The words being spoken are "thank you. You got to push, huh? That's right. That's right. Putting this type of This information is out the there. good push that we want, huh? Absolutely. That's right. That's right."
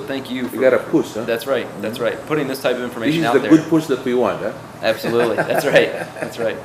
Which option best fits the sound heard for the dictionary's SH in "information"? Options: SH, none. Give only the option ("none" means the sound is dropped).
none